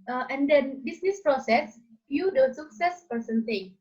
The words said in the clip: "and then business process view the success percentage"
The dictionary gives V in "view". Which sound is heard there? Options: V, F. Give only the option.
F